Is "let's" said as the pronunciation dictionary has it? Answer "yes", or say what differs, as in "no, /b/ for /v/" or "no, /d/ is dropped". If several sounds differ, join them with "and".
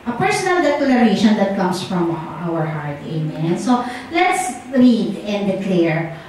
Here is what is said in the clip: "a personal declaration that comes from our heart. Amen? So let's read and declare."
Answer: yes